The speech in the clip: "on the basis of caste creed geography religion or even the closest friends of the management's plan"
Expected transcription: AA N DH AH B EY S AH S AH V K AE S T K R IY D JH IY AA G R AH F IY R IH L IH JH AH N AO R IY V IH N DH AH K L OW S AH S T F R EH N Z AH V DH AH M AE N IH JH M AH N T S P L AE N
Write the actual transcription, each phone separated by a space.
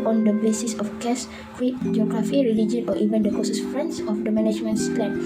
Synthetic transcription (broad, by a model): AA N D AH B EY S AH S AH F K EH S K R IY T JH IY AA G R AH F IY R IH L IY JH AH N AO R IY V IH N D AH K OW S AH S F R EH N S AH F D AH M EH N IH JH M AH N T S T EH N